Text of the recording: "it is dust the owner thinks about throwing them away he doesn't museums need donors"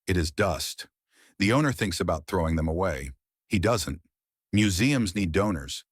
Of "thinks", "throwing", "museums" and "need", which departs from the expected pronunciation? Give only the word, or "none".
none